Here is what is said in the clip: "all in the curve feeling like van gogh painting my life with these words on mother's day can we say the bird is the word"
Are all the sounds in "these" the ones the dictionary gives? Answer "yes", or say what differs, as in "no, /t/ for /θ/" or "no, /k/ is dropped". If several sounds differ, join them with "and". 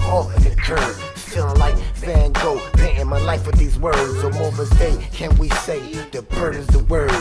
yes